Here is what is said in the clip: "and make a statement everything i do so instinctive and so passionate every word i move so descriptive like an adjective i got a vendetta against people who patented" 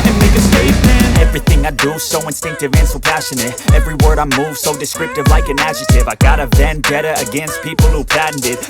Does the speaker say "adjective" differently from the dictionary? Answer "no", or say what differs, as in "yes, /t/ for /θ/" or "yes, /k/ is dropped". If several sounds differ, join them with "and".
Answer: yes, /k/ is dropped